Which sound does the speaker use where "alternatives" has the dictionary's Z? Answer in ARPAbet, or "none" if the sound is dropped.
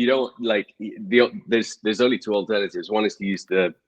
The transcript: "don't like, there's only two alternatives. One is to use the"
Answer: Z